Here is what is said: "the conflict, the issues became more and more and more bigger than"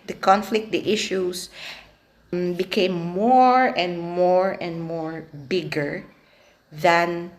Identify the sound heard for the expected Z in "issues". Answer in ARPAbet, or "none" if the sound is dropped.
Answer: S